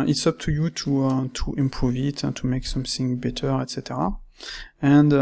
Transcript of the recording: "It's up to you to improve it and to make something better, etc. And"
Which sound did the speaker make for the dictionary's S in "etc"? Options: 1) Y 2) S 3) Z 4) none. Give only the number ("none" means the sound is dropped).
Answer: 2